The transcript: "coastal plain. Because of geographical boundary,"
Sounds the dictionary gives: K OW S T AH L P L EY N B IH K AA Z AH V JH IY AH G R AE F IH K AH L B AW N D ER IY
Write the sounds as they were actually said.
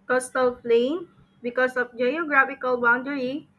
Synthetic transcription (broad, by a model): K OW S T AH L F L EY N B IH K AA S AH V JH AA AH G R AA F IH K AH L B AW N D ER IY